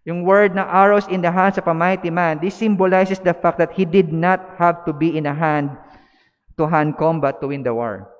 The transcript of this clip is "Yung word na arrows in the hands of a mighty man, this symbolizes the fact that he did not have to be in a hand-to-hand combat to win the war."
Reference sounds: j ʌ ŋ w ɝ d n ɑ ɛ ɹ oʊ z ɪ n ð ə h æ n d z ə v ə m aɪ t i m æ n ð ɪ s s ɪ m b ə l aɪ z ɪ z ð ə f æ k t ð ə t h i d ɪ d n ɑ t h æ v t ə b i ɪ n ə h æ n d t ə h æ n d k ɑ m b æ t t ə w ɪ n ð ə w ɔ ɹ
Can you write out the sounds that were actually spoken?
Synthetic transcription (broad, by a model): j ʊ ŋ w ɝ d n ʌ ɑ ɹ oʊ s ɪ n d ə h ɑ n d s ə p ə m aɪ t i m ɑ n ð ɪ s s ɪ m b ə l aɪ s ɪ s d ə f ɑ k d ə t h i d ɪ d n ɑ t h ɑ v t ə b i ɪ n ə h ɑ n d t ə h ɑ n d k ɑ m b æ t t ə w ɪ n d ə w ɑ ɹ